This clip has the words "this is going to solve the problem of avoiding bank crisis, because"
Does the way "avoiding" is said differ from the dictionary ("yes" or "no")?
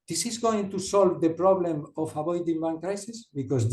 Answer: yes